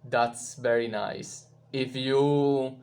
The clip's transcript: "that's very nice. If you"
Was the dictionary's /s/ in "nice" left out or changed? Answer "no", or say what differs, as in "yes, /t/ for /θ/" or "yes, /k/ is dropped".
no